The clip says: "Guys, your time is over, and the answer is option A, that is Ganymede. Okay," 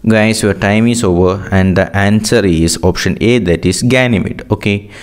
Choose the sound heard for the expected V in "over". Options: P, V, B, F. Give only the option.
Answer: V